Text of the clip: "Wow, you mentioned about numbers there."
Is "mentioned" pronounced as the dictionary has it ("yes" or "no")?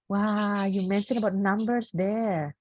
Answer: no